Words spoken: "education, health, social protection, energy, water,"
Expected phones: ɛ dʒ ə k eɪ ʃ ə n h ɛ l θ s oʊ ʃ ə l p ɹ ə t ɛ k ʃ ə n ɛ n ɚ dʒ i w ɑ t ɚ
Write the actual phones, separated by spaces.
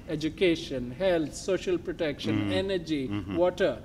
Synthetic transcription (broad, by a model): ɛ dʒ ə k eɪ ʃ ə n h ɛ l t s oʊ ʃ ə l p ɹ ə t ɛ k ʃ ə n ɛ n ɚ dʒ i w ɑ t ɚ